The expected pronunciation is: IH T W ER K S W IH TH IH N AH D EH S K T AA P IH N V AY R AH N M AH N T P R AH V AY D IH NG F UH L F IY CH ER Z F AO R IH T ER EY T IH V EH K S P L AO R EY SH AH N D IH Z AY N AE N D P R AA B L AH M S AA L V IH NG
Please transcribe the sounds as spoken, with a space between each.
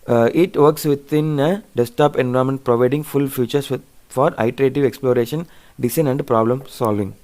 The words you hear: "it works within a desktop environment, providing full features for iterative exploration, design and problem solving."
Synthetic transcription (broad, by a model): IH T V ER K S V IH T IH N AH D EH S T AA P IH N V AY AH M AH N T P R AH V AY D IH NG F UH L F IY CH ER S F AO R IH T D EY T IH V EH K S P L AO R EY SH AH N D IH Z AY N AE N D P R AA B L AH M S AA L V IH NG